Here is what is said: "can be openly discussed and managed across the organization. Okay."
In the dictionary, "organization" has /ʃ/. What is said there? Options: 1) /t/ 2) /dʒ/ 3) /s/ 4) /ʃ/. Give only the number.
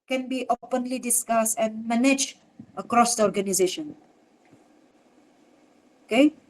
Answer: 4